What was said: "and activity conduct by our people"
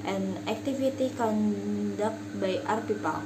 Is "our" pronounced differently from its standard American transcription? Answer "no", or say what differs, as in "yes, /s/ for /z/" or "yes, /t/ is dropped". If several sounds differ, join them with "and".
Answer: no